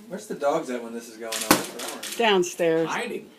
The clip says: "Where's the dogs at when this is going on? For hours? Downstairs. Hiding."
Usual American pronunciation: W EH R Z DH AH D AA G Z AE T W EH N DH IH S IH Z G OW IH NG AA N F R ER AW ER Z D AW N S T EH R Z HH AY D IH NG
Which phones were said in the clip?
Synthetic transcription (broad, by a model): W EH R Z DH AH D AA G Z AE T W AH N DH IH S IH Z G OW IH NG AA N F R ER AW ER D AW N S T EH R Z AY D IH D